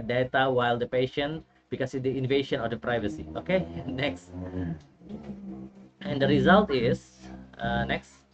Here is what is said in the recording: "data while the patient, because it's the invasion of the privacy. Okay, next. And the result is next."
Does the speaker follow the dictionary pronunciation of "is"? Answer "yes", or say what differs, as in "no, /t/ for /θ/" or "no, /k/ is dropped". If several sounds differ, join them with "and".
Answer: no, /s/ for /z/